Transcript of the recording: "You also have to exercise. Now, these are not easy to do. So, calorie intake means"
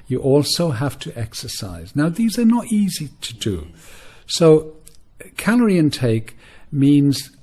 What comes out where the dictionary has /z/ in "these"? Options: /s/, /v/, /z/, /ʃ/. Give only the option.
/z/